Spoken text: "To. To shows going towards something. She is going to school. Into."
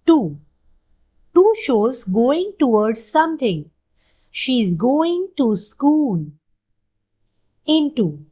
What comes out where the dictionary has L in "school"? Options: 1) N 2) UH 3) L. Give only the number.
1